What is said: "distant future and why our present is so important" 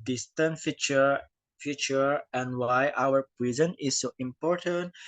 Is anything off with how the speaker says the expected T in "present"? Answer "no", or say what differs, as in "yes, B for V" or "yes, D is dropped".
yes, T is dropped